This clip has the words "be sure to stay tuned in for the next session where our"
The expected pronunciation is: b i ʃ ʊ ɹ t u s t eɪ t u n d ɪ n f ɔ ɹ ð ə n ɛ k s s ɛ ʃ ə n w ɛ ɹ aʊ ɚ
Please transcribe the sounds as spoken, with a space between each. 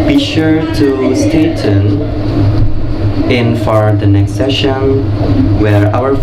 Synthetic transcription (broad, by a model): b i ʃ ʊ ɹ t u s t eɪ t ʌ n ɪ n f ɔ ɹ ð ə n ɛ k s s ɛ ʃ ə n w ɛ ɹ aʊ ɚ